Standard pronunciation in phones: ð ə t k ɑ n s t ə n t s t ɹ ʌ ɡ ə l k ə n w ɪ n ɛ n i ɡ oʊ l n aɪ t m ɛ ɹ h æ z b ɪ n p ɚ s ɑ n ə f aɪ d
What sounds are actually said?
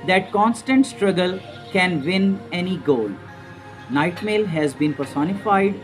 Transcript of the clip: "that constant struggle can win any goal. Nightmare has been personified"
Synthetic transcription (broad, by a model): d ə t k ɑ n s t ə n t s t ɹ ʌ ɡ ə l k ə n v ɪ n ɛ n i ɡ oʊ l n aɪ t m ɛ l h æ z b ɪ n p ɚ s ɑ n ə f aɪ d